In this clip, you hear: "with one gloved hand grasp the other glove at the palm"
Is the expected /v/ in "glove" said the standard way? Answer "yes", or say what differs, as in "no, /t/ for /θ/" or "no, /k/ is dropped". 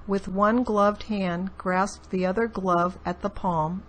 yes